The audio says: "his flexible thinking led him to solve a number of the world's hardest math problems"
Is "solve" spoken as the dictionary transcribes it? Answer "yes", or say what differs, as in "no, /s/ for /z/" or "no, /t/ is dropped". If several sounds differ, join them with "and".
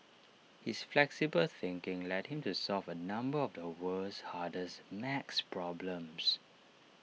yes